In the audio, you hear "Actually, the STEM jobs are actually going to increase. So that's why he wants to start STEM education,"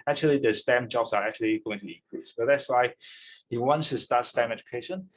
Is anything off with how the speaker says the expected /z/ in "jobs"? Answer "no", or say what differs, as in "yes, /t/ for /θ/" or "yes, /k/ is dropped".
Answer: yes, /s/ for /z/